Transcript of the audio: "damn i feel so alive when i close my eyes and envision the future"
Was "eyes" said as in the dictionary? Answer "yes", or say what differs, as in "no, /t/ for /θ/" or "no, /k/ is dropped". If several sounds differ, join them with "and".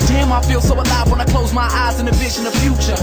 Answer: yes